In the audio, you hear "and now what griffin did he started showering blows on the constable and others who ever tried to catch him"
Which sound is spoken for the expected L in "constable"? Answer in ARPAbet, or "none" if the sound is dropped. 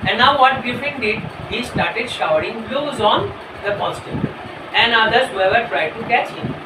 N